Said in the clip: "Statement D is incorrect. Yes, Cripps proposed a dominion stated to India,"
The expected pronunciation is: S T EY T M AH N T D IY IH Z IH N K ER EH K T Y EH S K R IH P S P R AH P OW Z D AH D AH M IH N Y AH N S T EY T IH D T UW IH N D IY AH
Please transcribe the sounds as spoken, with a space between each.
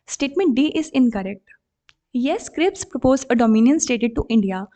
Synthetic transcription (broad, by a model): S T EY T M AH N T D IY IH Z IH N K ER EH K T Y EH S K R IH P S P R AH P OW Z AH D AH M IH N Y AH N S T EY T IH D T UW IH N D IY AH